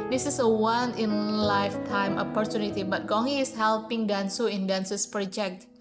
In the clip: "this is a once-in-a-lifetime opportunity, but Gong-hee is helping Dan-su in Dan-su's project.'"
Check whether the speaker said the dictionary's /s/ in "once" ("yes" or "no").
no